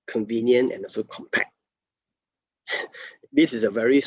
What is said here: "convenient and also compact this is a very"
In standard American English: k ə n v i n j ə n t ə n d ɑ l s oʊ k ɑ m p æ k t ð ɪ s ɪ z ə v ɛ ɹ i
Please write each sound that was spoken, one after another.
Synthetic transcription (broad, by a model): k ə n v i n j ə n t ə n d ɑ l s oʊ k ɑ m p æ k t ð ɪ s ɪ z ə v ɛ ɹ i